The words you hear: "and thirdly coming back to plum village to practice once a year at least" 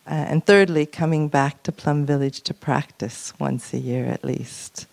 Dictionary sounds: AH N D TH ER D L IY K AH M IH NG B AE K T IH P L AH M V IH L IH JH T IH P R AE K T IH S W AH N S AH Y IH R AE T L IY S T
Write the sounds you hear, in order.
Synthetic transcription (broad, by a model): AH N TH ER D L IY K AH M IH NG B AE K T IH P L AH M V IH L IH JH T IH P R AE K T IH S W AH N S AH Y IH R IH T L IY S T